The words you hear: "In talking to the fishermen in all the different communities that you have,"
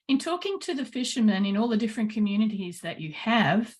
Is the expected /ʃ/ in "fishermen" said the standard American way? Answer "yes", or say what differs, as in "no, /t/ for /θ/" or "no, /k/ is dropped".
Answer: yes